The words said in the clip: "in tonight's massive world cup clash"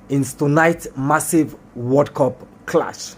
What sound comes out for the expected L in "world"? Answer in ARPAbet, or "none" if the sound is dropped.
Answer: none